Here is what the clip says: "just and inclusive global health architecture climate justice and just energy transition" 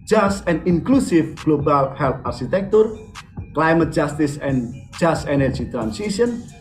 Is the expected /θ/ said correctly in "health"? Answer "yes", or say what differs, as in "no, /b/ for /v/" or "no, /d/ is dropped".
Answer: no, /t/ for /θ/